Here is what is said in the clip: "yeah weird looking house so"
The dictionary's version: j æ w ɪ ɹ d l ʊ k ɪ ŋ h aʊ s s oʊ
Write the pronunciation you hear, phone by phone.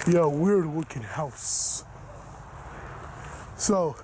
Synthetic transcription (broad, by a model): j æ w ɪ ɹ d w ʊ k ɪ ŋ h aʊ s s oʊ